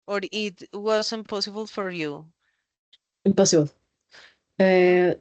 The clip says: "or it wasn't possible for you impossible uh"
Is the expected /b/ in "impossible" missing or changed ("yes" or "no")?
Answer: yes